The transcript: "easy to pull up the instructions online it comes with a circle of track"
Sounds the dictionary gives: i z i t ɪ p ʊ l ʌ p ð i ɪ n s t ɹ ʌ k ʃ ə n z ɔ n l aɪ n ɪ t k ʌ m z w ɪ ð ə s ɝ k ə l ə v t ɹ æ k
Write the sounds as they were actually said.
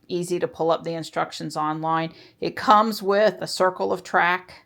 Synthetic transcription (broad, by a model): i z i t ɪ p ʊ l ʌ p ð i ɪ n s t ɹ ʌ k ʃ ə n z ɔ n l aɪ n ɪ t k ʌ m z w ɪ ð ə s ɝ k l ə v t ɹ æ k